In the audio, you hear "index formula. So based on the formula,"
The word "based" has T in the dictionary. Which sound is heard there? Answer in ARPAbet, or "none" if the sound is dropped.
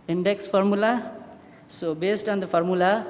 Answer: T